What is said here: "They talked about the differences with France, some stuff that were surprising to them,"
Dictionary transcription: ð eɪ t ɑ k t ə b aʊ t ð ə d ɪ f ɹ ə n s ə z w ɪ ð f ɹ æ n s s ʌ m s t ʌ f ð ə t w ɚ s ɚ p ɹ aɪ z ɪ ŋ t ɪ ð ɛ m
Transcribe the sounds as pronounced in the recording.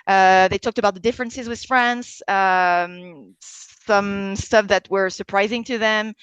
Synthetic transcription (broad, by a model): ð eɪ t ɑ k t ə b aʊ t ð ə d ɪ f ɹ ə n s ə z w ɪ ð f ɹ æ n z s ʌ m s t ʌ f ð ə t w ɚ s ɚ p ɹ aɪ z ɪ ŋ t ɪ ð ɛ m